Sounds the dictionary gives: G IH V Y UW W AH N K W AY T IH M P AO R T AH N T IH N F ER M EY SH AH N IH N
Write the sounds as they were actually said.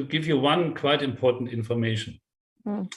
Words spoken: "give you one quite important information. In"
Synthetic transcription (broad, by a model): G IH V Y UW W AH N K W AY T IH M P AO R T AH N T IH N F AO M EY AH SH N